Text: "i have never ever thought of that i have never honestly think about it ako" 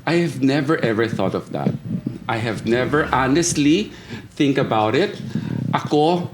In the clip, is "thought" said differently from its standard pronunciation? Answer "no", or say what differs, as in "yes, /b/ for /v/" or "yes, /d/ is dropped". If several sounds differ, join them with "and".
no